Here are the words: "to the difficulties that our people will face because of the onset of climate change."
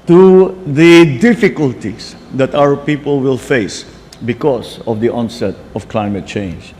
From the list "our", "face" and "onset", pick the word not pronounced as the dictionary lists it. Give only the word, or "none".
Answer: none